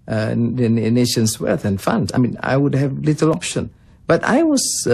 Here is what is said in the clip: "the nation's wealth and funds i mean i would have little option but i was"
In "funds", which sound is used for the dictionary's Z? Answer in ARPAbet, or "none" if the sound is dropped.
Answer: none